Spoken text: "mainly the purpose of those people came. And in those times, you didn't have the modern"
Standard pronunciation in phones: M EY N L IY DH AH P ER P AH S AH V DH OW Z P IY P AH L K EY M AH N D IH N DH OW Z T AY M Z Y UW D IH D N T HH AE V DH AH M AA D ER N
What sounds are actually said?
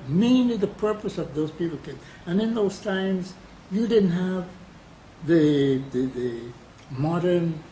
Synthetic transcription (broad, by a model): M EY N L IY DH AH P ER P AH S AH V DH OW Z P IY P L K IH AH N IH N DH OW Z T AY M Z Y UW D IH D N T HH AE V DH AH M AA D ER N